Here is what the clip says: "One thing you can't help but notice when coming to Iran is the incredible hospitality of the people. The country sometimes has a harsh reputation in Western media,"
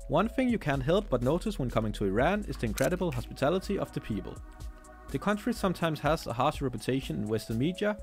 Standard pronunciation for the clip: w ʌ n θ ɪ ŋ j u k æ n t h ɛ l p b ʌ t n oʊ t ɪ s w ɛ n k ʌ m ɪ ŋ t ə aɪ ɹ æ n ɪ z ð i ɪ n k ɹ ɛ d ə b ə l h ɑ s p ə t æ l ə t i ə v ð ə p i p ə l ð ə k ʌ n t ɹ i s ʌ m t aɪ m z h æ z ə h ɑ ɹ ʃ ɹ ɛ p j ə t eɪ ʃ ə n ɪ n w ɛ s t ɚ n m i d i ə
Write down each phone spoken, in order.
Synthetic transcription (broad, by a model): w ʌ n θ ɪ ŋ j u k æ n t h ɛ l p b ʌ t n oʊ t ɪ s w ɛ n k ʌ m ɪ ŋ t ə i ɹ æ n ɪ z ð i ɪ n k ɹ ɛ d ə b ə l h ɑ s p ə t æ l ə t i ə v ð ə p i p ə l ð ə k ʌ n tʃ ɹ i s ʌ m t aɪ m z h æ z ə h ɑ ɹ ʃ ɹ ɛ p j ə t eɪ ʃ ə n ɪ n w ɛ s t ɚ n m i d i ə